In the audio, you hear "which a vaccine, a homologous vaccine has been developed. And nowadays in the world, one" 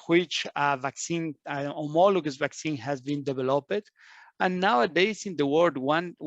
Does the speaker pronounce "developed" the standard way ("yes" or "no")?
no